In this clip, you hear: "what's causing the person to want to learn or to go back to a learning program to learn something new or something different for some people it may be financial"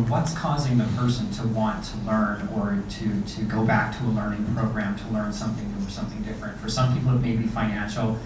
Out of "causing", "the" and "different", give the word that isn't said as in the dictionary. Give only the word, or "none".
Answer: none